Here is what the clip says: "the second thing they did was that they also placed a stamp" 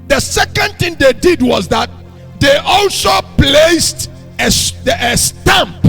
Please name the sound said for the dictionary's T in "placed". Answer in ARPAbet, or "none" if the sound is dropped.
T